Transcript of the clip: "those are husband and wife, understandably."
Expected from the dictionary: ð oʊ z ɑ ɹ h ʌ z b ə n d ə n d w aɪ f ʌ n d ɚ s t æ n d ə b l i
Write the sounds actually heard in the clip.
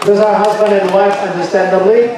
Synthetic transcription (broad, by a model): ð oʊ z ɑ ɹ h ʌ z b ə n d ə n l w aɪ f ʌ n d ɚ s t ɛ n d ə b l i